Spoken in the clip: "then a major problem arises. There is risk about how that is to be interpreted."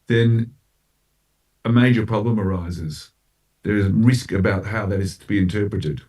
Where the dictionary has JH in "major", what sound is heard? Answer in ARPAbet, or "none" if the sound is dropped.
JH